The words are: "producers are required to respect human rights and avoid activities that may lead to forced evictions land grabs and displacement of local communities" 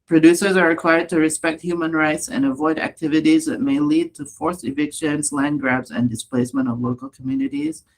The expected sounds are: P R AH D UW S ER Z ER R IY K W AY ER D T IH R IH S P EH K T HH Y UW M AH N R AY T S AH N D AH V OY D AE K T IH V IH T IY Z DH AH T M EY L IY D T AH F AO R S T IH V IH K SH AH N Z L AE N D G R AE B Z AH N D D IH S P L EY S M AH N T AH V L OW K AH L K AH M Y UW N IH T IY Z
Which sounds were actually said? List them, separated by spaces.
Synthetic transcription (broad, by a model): P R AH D UW S ER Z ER R IY K W AY ER D T IH R IH S P EH K T HH Y UW M AH N R AY T S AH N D AH V OY D AE K T IH V IH T IY Z DH AH T M EY L IY D T AH F AO R S IH V IH K SH AH N Z L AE N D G R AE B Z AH N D D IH S P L EY S M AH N T AH V L OW K AH L K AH M Y UW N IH T IY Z